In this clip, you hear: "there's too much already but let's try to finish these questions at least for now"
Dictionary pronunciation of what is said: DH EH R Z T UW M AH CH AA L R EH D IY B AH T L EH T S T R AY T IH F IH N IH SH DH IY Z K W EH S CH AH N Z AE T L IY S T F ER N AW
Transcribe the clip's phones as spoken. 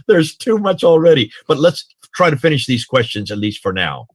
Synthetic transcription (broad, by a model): DH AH R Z T UW M AH CH L R EH D IY B AH T L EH T S T R AY T IH F IH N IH SH DH IY Z K W EH S CH AH N Z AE T L IY S T F ER N AW